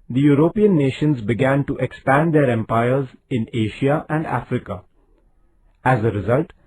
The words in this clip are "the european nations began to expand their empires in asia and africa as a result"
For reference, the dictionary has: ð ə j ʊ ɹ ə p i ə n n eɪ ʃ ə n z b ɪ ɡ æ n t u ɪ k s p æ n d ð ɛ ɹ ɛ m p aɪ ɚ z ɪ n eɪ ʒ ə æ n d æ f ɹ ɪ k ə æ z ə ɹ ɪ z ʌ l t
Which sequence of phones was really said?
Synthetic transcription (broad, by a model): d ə j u ɹ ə p i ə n n eɪ ʃ ə n z b ɪ ɡ æ n t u ɪ k s p æ n d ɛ ɹ ɛ m p aɪ ɚ z ɪ n eɪ ʃ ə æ n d æ f ɹ ɪ k ə æ z ə ɹ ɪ z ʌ l t